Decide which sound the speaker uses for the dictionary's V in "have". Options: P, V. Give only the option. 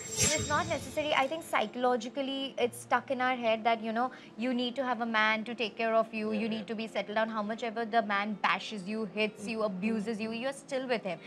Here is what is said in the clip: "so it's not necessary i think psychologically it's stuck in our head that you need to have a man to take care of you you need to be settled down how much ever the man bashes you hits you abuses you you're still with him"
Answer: V